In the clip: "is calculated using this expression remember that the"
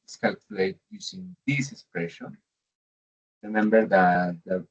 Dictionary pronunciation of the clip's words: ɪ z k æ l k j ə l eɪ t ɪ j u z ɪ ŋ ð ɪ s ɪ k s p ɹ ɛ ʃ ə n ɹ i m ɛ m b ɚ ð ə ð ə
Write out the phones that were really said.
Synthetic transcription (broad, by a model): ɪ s k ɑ l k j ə l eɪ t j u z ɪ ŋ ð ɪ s ɪ k s p ɹ ɛ ʃ ə n ɹ i m ɛ m b ɚ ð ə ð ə